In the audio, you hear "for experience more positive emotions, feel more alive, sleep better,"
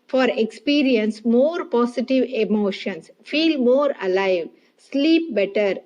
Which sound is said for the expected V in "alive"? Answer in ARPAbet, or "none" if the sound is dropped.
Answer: V